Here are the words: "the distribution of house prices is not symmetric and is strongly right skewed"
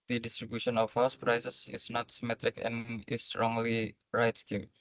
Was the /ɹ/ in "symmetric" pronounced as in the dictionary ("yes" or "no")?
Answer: yes